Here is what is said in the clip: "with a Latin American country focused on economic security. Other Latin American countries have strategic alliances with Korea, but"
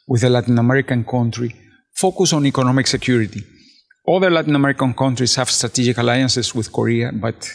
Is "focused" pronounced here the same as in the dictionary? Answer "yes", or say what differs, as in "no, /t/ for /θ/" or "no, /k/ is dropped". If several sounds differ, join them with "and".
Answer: no, /t/ is dropped